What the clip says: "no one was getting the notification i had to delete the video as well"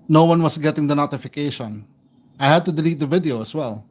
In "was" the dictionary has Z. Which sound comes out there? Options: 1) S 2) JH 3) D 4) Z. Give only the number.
1